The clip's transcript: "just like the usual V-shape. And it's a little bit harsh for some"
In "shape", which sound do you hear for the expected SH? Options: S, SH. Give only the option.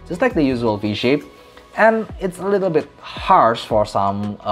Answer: SH